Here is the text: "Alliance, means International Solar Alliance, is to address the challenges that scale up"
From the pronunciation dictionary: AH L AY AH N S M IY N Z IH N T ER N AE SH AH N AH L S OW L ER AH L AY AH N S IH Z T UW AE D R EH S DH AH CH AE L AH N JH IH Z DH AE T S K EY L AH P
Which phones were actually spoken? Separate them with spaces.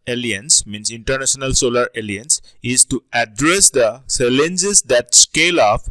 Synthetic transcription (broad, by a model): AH L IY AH N S M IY N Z IH N T ER N AE SH AH N AH L S OW L ER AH L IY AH N S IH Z T UW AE D R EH S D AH S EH L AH N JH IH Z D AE T S K EY L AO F